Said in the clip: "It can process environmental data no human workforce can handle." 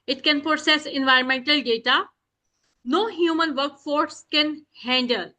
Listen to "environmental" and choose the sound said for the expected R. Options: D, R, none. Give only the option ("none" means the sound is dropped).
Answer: R